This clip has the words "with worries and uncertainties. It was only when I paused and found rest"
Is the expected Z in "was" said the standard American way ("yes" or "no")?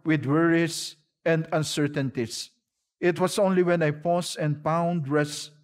no